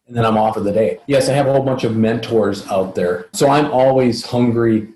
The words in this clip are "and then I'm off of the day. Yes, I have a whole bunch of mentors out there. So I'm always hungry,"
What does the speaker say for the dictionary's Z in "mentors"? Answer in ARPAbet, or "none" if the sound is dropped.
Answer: Z